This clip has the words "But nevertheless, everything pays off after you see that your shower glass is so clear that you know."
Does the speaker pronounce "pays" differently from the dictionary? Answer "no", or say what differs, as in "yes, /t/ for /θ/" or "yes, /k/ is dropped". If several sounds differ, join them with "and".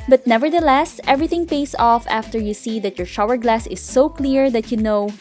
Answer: yes, /s/ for /z/